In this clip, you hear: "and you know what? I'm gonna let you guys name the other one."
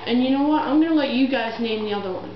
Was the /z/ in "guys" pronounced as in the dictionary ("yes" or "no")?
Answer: yes